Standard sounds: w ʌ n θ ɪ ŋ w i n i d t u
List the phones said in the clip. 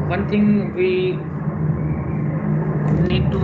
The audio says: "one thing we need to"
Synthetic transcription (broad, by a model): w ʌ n t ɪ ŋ w i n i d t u